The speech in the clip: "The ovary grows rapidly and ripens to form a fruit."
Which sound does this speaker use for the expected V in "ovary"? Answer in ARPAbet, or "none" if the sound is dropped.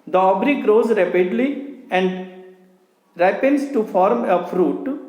B